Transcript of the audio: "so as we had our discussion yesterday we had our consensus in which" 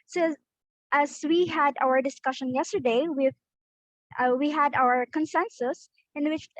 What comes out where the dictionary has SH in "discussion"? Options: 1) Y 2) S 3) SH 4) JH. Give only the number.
3